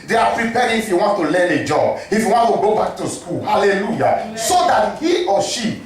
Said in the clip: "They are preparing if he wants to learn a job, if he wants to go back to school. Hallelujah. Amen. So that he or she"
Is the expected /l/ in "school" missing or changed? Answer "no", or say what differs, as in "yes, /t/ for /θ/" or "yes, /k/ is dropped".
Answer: no